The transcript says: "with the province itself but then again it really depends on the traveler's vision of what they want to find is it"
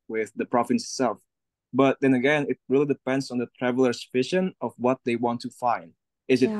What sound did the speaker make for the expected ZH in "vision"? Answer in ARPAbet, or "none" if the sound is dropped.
SH